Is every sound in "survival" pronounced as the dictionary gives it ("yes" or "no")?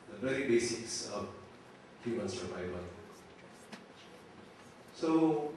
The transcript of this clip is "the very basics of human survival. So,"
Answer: no